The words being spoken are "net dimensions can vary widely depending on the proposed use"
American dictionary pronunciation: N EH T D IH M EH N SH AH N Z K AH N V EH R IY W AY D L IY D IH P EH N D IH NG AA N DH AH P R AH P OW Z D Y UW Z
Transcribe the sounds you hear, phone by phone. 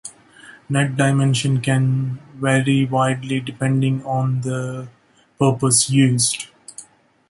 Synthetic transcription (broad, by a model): N EH T D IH M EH N SH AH N K AH N V EH R IY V AY D L IY D IH P EH N D IH NG AA N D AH P AH P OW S Y UW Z